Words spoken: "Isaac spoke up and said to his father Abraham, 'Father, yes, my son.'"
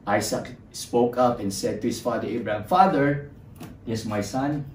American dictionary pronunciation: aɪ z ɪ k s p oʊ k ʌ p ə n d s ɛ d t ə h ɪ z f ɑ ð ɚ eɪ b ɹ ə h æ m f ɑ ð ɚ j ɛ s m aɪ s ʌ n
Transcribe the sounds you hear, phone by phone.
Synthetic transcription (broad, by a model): aɪ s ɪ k s p oʊ k ʌ p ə n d s ɛ d t ə h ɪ s f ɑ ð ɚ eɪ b ɹ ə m f ɑ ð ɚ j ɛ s m aɪ s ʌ n